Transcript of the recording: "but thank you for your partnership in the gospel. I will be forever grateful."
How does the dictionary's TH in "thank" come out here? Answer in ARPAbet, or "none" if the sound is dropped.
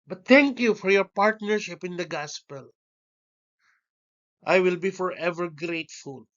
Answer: T